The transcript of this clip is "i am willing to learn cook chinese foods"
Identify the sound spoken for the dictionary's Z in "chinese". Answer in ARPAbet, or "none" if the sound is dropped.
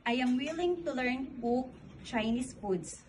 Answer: S